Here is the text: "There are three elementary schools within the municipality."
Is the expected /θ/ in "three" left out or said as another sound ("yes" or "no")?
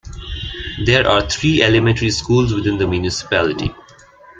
yes